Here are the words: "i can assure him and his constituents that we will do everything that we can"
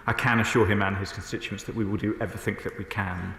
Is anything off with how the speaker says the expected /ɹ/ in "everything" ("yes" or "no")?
yes